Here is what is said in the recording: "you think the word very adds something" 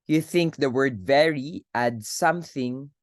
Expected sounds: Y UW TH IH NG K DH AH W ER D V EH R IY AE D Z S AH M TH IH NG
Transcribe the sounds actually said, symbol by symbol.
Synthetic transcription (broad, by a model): Y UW TH IH NG K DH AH W ER D V EH R IY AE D S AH M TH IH NG